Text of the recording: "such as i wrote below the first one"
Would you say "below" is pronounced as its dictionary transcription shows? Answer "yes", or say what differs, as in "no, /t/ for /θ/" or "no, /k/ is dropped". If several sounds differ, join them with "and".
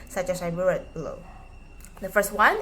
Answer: yes